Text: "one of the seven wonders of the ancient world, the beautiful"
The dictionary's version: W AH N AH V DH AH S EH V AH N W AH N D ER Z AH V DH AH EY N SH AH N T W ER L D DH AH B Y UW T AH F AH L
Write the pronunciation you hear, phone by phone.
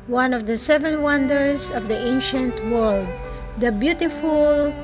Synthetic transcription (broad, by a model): W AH N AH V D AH S EH V AH N W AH N D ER S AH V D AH EY N SH AH N T W ER L D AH B Y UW T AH F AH L